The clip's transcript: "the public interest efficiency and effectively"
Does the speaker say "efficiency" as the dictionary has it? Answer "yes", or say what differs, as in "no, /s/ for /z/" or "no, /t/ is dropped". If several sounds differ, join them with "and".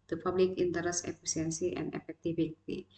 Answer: no, /s/ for /ʃ/